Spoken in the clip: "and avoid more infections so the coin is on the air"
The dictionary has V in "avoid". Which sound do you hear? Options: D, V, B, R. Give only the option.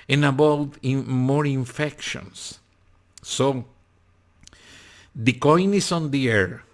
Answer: B